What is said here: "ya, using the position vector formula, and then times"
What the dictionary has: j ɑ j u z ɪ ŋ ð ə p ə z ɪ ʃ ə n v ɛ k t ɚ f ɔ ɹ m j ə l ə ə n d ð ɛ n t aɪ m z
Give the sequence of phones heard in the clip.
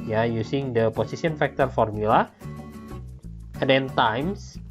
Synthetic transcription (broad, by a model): j ɑ j u s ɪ ŋ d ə p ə s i s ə n f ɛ k t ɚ f ɔ ɹ m j ə l ə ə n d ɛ n t aɪ m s